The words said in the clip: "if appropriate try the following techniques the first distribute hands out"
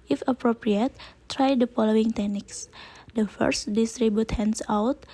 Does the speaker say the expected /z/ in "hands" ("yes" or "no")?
no